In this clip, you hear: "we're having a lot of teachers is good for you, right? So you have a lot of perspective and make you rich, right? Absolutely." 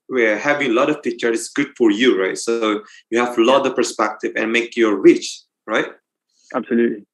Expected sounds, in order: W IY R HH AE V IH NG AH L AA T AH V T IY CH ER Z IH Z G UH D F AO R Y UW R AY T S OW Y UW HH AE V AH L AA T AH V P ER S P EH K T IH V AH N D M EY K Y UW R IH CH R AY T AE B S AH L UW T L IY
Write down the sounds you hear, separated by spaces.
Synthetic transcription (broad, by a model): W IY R HH AE V IH NG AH L AA T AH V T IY CH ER IH S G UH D F AO R Y UW R AY T S OW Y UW HH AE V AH L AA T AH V P ER S P EH K T IH V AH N M EY K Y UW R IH CH R AY T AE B S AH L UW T L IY